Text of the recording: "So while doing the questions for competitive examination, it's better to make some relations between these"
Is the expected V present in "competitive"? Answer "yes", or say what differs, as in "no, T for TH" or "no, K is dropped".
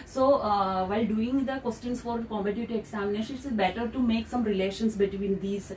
no, V is dropped